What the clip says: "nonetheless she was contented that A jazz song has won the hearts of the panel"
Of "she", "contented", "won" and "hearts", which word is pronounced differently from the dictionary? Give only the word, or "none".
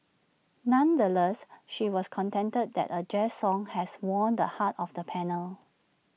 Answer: hearts